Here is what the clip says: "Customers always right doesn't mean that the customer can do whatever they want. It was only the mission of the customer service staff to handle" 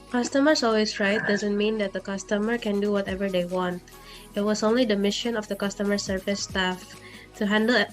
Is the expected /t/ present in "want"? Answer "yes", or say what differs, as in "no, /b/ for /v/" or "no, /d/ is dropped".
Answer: yes